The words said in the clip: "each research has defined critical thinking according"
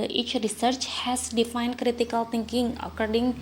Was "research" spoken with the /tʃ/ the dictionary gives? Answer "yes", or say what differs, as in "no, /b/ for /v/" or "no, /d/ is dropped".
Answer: yes